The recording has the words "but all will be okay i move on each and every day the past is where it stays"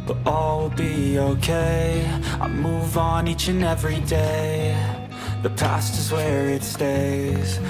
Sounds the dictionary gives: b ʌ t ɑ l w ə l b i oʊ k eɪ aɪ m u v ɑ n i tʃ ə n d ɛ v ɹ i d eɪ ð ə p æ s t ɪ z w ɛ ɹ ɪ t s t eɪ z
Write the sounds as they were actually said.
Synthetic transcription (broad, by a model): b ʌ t ɑ l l b i oʊ k eɪ aɪ m u v n i tʃ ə n ɛ v ɹ i d eɪ ð ə p æ s t ɪ z w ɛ ɹ ɪ t s t eɪ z